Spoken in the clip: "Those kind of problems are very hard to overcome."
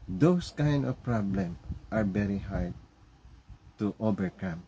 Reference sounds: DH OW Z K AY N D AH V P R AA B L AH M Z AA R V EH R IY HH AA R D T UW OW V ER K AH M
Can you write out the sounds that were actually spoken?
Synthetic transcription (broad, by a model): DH OW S K AY N D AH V P R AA B L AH M AA R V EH R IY HH AA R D T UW OW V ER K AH M